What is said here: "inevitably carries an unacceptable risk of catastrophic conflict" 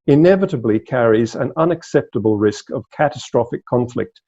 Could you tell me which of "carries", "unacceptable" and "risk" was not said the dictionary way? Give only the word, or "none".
none